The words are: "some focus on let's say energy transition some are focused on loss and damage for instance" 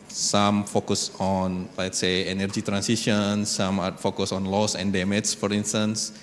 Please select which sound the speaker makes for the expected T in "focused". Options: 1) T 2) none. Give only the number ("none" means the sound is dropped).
2